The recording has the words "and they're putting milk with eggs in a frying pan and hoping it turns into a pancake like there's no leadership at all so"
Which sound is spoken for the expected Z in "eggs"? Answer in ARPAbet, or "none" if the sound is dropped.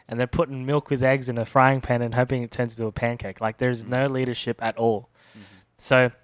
Z